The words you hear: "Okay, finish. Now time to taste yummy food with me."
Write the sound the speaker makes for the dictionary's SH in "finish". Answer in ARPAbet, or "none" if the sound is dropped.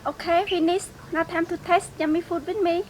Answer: S